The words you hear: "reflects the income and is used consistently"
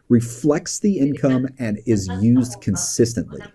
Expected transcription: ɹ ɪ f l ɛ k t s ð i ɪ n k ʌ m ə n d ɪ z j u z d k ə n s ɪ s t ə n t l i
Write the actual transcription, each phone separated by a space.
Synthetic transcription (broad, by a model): ɹ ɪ f l ɛ k t s ð i ɪ n k ʌ m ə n ɪ z j u z d k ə n s ɪ s t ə n t l i